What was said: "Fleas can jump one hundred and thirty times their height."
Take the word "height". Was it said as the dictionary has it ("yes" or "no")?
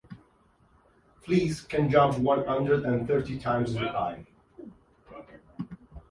no